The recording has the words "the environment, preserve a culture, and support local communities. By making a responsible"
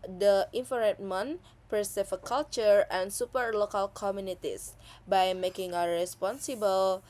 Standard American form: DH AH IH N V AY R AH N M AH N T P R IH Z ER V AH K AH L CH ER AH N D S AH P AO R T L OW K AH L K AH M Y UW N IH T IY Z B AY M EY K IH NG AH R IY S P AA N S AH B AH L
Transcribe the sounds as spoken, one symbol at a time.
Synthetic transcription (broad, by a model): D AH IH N F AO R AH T M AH N P R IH S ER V AH K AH L CH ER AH N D S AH P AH R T L OW K AH L K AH M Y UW N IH T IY S B AY M EY K IH NG AH R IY S P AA N S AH B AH L